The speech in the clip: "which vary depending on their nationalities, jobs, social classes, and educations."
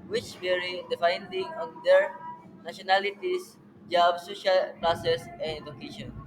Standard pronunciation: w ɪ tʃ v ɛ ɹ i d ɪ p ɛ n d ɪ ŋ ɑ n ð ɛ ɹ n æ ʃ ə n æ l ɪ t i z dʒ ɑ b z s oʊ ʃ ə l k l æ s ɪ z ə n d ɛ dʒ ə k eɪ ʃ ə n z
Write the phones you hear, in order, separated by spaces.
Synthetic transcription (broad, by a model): w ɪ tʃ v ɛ ɹ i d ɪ f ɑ n d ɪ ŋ ɑ n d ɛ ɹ n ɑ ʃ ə n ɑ l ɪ t i s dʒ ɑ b s oʊ ʃ ə l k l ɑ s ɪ s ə n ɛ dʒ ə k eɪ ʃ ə n